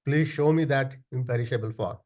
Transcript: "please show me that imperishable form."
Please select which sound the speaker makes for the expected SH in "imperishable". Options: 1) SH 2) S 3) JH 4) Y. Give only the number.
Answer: 1